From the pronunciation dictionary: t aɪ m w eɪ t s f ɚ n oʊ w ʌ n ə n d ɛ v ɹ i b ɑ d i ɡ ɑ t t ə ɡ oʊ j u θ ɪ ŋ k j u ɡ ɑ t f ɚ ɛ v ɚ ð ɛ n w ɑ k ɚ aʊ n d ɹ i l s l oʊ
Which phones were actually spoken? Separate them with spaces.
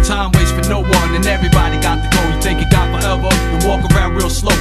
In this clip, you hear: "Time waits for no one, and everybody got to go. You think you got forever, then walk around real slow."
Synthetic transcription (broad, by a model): t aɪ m w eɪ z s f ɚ n oʊ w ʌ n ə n ɛ v ɹ i b ɑ d i ɡ ɑ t t ə ɡ oʊ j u θ ɪ ŋ k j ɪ ɡ ɑ t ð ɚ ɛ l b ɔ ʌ w ɑ k ɚ aʊ n d ɹ i l s l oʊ